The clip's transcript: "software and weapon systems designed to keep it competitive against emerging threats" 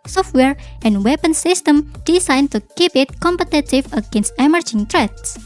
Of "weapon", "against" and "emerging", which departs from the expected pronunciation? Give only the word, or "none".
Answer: none